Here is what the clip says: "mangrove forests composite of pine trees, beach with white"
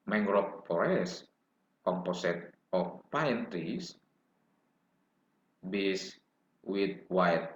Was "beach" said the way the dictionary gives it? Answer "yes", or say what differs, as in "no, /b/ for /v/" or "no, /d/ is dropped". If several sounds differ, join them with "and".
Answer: no, /s/ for /tʃ/